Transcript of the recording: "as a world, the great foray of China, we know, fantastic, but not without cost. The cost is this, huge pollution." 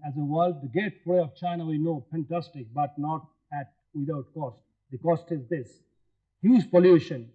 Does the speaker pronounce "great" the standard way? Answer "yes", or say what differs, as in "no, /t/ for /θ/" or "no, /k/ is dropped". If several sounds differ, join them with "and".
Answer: no, /ɹ/ is dropped